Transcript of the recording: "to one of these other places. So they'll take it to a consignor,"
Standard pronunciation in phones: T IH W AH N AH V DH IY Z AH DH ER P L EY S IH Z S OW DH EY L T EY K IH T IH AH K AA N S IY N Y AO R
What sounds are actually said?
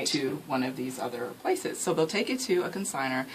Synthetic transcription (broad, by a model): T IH W AH N AH V DH IY Z AH DH ER P L EY S IH Z S OW DH EY L T EY K IH T IH AH K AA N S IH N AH R